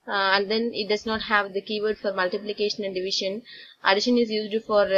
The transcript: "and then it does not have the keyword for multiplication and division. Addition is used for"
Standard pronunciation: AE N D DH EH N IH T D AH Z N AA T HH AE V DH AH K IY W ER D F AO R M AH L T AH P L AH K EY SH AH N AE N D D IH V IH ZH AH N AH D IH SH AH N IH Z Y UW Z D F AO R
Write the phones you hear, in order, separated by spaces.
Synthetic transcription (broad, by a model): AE N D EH N IH T D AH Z N AA T HH AE V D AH K IY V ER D F AO R M AH L T AH P L AH K EY SH AH N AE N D D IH V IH SH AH N AH D IH SH AH N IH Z Y UW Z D F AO R